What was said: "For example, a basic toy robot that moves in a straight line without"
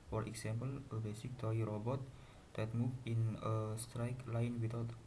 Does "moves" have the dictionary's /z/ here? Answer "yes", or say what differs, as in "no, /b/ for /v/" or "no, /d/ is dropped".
no, /z/ is dropped